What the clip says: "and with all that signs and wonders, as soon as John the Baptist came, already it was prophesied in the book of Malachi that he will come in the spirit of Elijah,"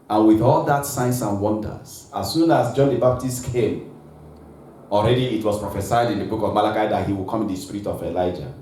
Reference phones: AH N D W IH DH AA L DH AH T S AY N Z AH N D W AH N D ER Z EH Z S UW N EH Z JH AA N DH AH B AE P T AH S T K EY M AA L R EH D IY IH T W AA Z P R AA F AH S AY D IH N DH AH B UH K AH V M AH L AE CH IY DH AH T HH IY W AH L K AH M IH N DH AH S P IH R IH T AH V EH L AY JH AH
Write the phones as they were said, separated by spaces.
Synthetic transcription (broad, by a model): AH N W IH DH AA L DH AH T S AY N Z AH N W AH N D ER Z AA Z S UW N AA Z JH AA N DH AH B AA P T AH S T K EY M AA L R EH D IY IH T W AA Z P R AA F AH S AY D IH N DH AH B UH K AH V M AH L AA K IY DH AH T HH IY W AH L K AH M IH N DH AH S P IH R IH T AH V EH L AY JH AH